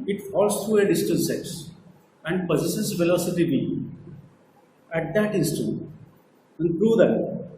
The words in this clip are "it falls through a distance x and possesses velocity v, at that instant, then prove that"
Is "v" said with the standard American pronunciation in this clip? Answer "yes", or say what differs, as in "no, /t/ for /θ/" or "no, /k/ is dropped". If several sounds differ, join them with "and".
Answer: no, /b/ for /v/